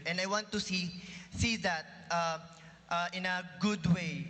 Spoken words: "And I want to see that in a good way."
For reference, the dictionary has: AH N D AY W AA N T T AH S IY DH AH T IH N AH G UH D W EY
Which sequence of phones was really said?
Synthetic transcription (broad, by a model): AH N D AY W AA N T S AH S IY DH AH T IH N AH G UH D W EY